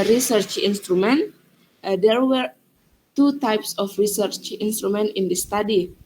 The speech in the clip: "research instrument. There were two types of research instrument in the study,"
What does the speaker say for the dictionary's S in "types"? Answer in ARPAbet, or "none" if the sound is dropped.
S